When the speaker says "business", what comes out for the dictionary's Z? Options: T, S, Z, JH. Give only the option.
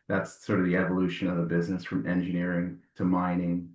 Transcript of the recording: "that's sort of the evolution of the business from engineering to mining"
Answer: Z